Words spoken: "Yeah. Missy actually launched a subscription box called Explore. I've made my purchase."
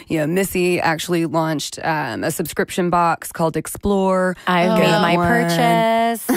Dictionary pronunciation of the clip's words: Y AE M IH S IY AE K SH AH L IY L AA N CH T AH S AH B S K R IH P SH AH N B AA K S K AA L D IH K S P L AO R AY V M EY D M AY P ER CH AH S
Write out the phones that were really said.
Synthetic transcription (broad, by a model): Y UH M IH S IY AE K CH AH L IY L AA N CH T AH S AH B S K R IH P SH AH N B AA K S K AA L D IH K S P L AO R AY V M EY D M AY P ER CH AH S